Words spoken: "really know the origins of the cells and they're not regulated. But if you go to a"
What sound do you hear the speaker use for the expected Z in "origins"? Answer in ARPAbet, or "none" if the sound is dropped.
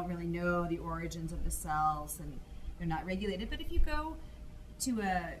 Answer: Z